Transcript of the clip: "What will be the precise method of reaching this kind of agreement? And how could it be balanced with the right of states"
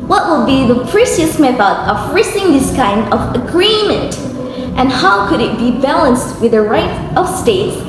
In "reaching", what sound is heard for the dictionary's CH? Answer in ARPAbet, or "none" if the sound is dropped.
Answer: S